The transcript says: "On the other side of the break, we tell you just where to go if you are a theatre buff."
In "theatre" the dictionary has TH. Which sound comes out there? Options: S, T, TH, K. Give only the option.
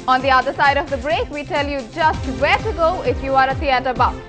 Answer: T